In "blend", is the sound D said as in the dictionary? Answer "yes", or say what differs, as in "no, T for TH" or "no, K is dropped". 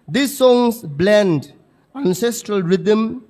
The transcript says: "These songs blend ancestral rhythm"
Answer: yes